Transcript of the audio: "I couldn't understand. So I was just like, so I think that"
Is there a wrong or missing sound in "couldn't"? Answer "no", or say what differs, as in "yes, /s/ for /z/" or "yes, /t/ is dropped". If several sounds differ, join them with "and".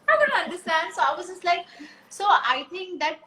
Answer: yes, /n/ is dropped